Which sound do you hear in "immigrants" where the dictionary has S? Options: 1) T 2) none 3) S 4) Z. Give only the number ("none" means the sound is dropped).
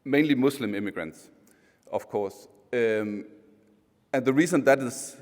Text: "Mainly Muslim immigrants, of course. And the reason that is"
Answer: 3